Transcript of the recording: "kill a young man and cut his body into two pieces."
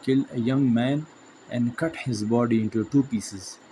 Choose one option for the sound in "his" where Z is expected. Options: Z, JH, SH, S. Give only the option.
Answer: Z